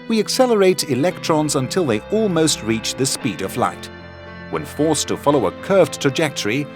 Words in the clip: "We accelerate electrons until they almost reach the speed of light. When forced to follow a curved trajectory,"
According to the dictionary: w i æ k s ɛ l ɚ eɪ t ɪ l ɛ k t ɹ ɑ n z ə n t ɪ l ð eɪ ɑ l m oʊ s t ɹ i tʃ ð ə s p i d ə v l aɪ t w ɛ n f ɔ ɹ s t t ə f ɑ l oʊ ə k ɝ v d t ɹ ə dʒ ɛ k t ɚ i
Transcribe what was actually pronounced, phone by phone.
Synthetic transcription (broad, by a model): w i æ k s ɛ l ɚ eɪ t ɪ l ɛ k t ɹ ɑ n z ə n t ɪ l ð eɪ ɑ l m oʊ s t ɹ i tʃ ð ə s p i d ə v l aɪ t w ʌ n f ɔ ɹ s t t ə f ɑ l oʊ ə k ɝ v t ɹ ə dʒ ɛ k t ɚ i